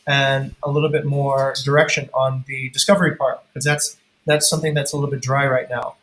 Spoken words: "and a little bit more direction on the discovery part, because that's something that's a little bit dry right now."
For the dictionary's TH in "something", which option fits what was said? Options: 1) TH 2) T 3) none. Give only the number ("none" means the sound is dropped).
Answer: 1